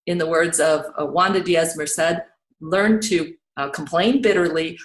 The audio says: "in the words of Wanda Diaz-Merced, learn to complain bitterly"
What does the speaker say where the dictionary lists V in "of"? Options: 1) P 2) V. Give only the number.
2